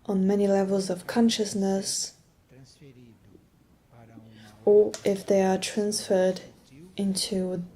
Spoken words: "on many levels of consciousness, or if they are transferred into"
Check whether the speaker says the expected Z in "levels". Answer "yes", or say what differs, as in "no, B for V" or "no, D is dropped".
yes